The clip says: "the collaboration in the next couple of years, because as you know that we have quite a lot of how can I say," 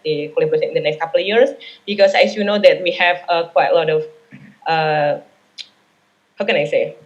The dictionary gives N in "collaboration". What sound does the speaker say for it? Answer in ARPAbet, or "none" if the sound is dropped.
none